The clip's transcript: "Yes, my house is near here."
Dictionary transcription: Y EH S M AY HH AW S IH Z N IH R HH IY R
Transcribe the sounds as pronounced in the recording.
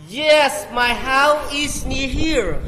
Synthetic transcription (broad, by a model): Y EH S M AY HH AW IH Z N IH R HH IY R